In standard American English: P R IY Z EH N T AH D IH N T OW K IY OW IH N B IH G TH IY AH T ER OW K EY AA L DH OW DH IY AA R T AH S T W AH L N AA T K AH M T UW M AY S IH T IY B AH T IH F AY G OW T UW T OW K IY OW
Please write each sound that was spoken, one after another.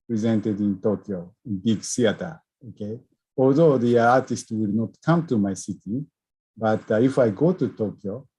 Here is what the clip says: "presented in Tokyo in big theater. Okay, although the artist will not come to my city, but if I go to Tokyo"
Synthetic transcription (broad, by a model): P R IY Z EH N T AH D IH N T OW K IY OW IH N B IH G S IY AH T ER OW K EY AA L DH OW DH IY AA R T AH S T W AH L N AA T K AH M T UW M AY S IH T IY B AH T IH F AY G OW T UW T OW K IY OW